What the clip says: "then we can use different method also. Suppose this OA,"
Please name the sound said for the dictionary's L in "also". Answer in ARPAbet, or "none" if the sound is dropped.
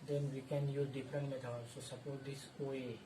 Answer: none